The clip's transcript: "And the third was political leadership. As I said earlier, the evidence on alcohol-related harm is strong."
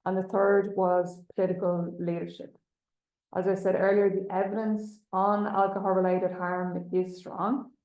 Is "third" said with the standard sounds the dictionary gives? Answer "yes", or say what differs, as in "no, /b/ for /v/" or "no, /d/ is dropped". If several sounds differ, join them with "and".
yes